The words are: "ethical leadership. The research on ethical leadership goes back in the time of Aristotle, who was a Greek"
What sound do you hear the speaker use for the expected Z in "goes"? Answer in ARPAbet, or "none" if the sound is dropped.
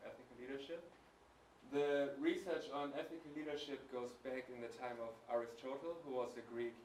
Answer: Z